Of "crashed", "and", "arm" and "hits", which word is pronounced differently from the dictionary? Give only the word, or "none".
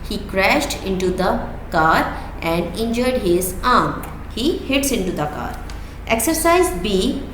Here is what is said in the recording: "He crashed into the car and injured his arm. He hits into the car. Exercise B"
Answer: none